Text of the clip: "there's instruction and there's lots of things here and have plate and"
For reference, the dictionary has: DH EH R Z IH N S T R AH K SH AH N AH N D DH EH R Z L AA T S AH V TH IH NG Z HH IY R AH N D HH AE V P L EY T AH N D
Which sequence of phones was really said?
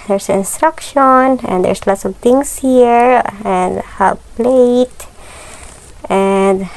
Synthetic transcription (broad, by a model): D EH R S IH N S T R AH K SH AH N AH N D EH R S L AA T S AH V T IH NG S HH IY R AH N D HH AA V P L EY T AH N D